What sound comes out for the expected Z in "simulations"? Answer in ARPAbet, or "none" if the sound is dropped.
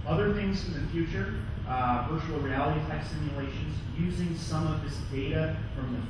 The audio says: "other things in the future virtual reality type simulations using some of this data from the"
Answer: Z